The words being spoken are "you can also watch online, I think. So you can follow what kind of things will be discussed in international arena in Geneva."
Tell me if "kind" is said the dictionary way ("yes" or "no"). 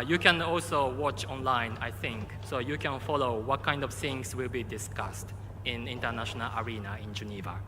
yes